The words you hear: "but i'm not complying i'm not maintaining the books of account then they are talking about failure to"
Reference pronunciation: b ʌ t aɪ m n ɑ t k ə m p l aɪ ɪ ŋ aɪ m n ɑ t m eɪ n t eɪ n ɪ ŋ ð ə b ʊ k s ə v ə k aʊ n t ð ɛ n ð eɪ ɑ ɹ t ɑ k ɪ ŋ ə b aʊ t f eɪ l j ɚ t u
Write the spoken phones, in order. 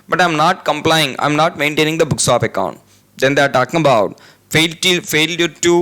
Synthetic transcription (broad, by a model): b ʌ t aɪ m n ɑ t k ə m p l aɪ ɪ ŋ aɪ m n ɑ t m eɪ n t eɪ n ɪ ŋ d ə b ʊ k s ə p ə k aʊ n t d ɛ n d eɪ ɑ ɹ t ɑ k ɪ ŋ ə b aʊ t f eɪ l j ɚ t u